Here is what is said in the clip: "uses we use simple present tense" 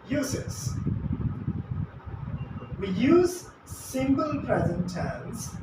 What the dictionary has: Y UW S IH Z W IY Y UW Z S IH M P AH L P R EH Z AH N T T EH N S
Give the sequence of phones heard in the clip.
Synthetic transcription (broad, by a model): Y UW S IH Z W IY Y UW Z S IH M B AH L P R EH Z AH N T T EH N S